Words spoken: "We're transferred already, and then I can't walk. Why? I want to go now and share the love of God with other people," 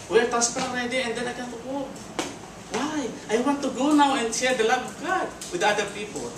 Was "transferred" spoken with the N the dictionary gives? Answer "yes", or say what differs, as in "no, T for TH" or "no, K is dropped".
no, N is dropped